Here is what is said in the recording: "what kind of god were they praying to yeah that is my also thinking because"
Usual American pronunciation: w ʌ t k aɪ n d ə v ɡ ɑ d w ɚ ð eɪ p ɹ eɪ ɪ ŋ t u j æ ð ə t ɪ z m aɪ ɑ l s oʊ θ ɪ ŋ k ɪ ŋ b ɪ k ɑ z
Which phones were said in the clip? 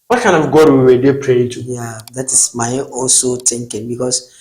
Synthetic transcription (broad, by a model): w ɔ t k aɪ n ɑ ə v ɡ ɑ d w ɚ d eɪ p ɹ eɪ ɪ t u j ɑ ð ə t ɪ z m aɪ ɑ l s oʊ t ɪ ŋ k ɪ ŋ b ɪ k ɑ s